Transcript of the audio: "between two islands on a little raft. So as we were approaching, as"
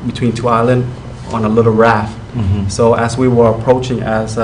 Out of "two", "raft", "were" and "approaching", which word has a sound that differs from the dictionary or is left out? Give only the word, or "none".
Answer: none